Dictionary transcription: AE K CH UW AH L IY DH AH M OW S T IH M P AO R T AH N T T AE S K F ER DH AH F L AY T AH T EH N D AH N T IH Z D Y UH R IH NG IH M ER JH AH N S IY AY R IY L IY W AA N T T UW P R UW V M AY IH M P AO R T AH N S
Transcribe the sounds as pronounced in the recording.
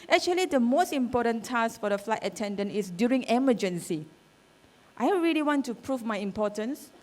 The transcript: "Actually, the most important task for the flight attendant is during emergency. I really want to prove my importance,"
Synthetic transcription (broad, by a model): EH K CH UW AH L IY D AH M OW S T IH M P AO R T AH N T T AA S F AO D AH F L AY T AH T EH N D AH N T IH S D Y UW R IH NG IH M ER JH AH N S IY AY R IY L IY W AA N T T UW P R UW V M AY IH M P AO T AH N S